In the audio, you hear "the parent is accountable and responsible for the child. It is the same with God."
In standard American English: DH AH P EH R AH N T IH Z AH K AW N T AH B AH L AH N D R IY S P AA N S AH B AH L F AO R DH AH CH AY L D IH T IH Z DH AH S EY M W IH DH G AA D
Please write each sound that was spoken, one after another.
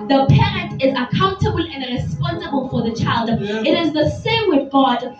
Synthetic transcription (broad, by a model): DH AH P EH R AH N T IH Z AH K AW N T AH B AH L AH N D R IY S P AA N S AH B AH L F AO R DH AH CH AY L D IH T IH Z DH AH S EY M W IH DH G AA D